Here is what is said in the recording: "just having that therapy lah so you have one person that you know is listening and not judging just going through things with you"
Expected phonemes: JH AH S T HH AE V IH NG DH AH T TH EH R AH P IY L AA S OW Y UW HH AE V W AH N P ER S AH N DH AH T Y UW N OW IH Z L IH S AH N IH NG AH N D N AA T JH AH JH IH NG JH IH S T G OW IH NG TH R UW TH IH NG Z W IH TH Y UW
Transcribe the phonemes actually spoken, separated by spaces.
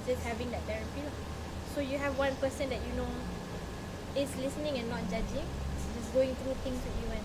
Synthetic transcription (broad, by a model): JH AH S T HH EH V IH NG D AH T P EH R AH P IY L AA S OW Y UW HH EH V W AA N P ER S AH N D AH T Y UW N OW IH S L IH S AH N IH NG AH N N AA T JH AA JH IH NG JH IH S G OW IH NG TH R UW T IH NG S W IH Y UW